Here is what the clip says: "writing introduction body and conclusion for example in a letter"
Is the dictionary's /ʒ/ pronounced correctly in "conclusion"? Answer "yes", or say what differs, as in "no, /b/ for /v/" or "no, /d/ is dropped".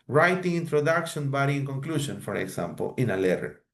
no, /s/ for /ʒ/